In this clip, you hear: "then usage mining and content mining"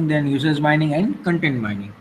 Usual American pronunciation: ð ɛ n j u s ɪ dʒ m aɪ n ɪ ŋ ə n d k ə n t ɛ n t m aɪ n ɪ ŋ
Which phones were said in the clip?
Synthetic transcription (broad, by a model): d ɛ n j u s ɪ z m aɪ n ɪ ŋ ə n d k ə n t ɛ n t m aɪ n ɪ ŋ